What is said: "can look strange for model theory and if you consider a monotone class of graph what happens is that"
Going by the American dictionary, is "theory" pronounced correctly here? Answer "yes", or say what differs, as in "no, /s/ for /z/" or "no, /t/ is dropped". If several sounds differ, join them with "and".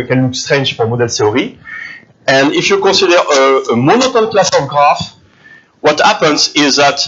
no, /t/ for /θ/